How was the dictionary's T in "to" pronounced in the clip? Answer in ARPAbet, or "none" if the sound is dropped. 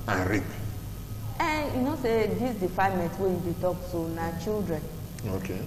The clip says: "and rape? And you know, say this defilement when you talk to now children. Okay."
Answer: S